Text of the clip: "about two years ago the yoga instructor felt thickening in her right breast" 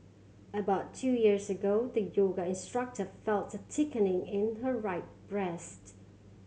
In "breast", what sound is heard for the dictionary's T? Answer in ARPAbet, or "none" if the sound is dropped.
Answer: T